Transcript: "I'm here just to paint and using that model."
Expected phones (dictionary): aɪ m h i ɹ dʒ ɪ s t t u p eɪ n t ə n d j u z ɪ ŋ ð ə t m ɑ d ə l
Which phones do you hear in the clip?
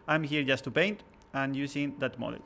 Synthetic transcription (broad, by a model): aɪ m h i ɹ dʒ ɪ s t t u p eɪ n t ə n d j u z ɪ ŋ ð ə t m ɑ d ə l